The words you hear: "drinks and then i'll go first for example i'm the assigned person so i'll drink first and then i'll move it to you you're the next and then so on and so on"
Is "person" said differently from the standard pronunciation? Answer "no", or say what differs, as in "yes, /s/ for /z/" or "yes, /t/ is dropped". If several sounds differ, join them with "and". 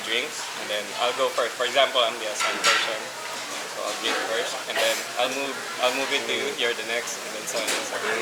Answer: yes, /ʃ/ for /s/